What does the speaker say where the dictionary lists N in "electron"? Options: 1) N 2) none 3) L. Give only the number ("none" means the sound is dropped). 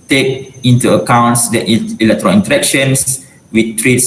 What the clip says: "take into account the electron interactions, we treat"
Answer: 3